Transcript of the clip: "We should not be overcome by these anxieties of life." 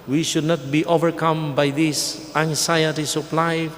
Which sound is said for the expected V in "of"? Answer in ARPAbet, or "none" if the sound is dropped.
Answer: P